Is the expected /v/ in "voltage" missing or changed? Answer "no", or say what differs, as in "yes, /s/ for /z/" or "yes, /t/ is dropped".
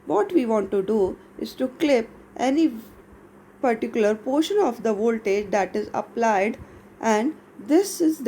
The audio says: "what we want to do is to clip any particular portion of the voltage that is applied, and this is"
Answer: no